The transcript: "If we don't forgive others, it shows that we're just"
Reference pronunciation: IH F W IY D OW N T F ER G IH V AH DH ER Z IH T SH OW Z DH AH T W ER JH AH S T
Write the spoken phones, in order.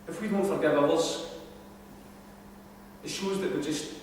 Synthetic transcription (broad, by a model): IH F W IY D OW N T F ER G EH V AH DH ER S IH T SH OW Z DH AH T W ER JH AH S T